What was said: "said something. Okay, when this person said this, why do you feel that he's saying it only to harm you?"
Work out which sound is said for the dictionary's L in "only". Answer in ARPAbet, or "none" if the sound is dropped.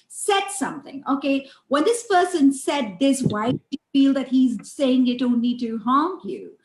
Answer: N